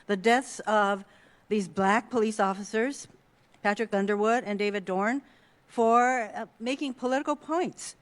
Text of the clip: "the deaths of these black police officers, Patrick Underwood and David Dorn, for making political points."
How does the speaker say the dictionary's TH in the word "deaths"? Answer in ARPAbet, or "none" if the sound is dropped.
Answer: TH